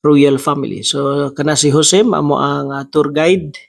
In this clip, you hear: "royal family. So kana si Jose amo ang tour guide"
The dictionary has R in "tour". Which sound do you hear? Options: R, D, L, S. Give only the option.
R